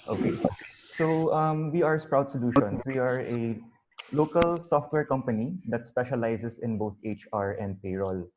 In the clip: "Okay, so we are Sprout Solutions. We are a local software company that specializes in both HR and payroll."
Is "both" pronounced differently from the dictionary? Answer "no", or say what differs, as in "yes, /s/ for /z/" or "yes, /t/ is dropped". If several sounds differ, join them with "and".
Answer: yes, /t/ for /θ/